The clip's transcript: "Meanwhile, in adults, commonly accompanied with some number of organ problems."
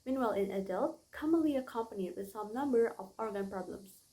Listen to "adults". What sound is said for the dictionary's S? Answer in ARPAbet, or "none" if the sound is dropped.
none